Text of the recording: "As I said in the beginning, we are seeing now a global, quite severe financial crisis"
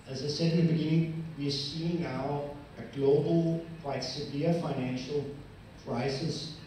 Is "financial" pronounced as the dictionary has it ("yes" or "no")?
yes